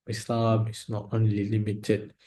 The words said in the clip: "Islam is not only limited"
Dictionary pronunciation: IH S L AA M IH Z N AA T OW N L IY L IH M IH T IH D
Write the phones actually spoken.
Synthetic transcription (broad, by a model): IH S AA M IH S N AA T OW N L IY L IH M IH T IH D